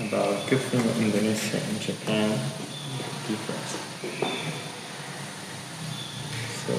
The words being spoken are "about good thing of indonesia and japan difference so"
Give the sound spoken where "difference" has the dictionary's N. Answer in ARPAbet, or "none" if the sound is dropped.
none